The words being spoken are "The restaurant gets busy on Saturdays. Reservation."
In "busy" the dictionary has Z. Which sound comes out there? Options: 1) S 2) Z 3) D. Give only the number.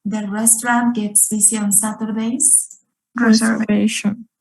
1